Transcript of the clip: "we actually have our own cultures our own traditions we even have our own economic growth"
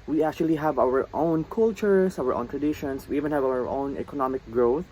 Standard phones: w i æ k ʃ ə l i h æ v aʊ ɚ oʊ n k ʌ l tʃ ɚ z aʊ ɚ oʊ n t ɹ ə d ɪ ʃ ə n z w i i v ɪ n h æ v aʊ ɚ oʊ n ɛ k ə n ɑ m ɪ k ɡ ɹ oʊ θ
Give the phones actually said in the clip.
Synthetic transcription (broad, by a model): w i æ k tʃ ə l i h æ v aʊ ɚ oʊ n k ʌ l tʃ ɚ s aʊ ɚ oʊ n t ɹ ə d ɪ ʃ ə n s w i i v ɪ n h æ v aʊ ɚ oʊ n ɛ k ə n ɑ m ɪ k ɡ ɹ oʊ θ